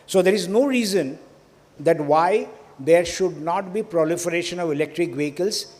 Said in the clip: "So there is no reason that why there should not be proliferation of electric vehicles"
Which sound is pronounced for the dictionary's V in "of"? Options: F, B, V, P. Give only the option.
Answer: V